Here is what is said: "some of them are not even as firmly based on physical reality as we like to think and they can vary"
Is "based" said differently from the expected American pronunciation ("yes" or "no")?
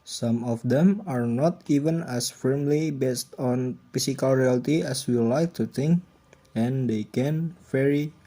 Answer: no